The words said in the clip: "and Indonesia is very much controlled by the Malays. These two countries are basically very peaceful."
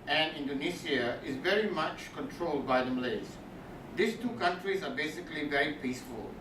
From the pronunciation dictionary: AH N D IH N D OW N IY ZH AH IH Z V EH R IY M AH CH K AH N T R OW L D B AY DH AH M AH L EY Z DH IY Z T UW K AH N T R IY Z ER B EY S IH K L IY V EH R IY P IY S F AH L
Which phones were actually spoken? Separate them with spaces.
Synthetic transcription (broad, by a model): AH N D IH N D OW N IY S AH IH Z V EH R IY M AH CH K AH N T R OW L D B AY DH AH M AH L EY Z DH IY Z T UW K AH N T R IY Z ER B EY S IH K L IY V EH R IY P IY S F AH L